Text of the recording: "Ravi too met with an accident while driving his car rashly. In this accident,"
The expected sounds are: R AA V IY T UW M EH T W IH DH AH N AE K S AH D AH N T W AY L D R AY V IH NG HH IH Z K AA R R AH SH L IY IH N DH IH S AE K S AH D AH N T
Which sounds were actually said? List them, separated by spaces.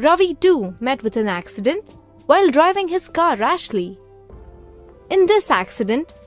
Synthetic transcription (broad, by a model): R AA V IY T UW M EH T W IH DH AH N AE K S AH D AH N T W AY L D R AY V IH NG HH IH Z K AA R R AH SH L IY IH N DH IH S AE K S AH D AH N T